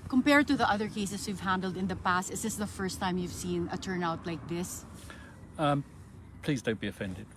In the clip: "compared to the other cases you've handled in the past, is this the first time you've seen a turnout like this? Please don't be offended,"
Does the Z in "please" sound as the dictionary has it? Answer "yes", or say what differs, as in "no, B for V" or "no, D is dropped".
yes